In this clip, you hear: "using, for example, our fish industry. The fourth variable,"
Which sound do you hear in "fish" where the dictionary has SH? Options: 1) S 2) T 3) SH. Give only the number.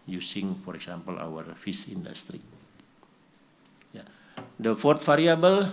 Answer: 1